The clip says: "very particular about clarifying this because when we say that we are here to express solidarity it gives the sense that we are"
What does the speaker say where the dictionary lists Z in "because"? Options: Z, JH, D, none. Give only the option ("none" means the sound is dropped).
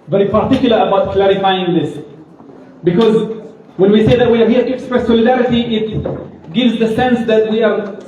Z